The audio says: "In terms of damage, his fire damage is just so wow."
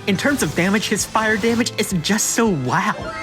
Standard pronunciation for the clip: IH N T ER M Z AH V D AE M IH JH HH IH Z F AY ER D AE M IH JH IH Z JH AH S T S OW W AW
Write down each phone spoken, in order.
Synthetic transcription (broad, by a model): IH N T ER M Z AH V D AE M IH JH HH IH Z F AY ER D AE M IH JH IH Z JH AH S T S OW W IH